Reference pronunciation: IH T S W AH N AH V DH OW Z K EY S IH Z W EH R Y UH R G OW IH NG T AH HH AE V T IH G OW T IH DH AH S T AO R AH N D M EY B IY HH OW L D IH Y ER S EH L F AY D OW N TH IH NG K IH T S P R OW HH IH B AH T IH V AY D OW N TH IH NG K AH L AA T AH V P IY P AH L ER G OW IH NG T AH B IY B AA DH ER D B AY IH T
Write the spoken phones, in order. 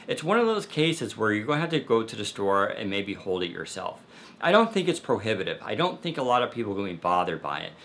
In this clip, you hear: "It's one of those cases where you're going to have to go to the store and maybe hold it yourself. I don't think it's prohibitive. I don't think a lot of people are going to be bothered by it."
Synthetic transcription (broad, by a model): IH T S W AH N AH V DH OW Z K EY S IH Z W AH R Y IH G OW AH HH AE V T IH G OW T IH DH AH S T AO R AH N M EY B IY HH OW L D IH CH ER S EH L F AY D OW N TH IH NG K IH T S P R OW HH IH B AH T IH V AY D OW N TH IH NG K AH L AA T AH V P IY P L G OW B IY B AA DH ER D B AY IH T